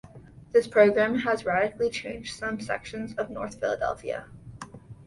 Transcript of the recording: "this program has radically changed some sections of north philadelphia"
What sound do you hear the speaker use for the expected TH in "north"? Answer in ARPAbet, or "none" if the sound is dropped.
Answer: TH